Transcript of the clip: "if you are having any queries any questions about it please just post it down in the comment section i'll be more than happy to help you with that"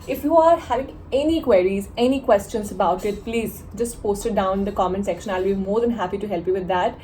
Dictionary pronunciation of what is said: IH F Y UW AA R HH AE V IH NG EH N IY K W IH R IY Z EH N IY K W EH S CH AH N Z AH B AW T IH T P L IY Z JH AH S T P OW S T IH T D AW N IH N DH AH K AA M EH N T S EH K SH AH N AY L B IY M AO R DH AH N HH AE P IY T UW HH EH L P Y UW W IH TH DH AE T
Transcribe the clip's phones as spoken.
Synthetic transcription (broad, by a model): IH F Y UW AA R HH AE V IH NG EH N IY K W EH R IY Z EH N IY K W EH S CH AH N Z AH B AW T IH T P L IY Z JH AH S T P OW S T IH T D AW IH N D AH K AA M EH N S EH K SH AH N AY L B IY M AO R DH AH N HH AE P IY T UW HH EH L P Y UW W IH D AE T